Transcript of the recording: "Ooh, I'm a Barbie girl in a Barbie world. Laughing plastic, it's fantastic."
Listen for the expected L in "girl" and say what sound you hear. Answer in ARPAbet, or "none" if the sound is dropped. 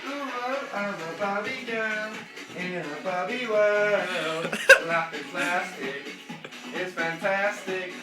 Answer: N